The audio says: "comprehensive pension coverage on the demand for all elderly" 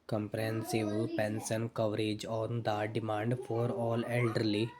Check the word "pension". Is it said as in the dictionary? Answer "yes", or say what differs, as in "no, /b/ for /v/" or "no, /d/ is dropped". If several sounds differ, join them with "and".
no, /s/ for /ʃ/